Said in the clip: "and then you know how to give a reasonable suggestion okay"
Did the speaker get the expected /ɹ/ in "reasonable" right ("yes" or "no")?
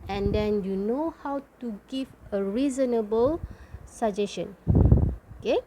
yes